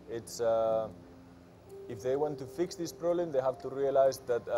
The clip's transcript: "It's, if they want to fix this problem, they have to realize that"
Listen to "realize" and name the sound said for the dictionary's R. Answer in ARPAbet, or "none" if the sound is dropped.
R